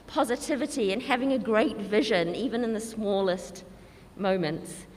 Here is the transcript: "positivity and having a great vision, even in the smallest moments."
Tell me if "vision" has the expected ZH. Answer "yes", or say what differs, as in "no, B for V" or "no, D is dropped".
yes